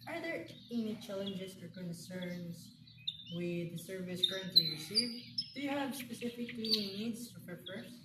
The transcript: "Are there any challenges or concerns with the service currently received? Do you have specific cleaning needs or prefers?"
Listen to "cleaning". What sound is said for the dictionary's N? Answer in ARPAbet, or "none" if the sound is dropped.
none